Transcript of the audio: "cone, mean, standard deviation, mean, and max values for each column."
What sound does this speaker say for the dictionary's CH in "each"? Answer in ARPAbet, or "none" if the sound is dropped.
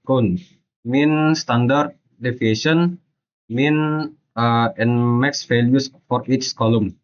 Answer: S